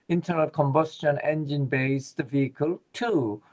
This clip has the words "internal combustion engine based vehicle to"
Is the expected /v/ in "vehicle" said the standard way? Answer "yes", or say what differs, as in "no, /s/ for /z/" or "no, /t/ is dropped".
yes